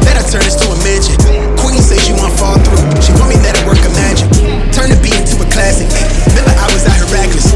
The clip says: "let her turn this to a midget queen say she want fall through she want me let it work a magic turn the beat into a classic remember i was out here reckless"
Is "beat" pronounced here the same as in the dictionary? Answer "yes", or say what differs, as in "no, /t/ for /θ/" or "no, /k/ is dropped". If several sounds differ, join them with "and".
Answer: no, /t/ is dropped